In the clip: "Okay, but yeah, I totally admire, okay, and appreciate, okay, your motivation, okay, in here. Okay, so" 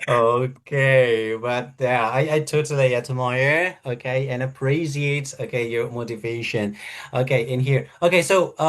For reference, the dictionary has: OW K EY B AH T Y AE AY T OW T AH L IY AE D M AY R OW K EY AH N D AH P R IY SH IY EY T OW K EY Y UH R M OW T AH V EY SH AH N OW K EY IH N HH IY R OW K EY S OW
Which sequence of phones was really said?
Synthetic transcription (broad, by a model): OW K EY B AH T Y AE AY T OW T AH L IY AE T M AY R OW K EY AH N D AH P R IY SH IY EY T OW K EY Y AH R M OW T AH V EY SH AH N OW K EY IH N HH IY R OW K EY S OW